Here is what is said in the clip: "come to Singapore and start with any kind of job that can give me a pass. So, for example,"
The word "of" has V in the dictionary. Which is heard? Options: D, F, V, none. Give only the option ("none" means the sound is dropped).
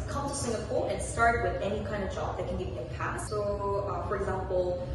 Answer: V